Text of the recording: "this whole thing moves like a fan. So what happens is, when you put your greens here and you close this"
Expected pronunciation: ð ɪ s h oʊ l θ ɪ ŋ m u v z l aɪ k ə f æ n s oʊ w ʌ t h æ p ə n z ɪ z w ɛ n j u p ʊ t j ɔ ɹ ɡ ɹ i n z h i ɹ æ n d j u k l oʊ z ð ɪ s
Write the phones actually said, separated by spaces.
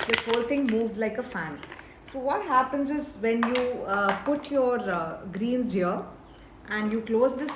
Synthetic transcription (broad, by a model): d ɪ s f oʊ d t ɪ ŋ m u v z l aɪ k ə f æ n s oʊ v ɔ t h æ p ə n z ɪ z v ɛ n j u p ʊ t j ɔ ɹ ɡ ɹ i n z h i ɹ æ n d j u k l oʊ z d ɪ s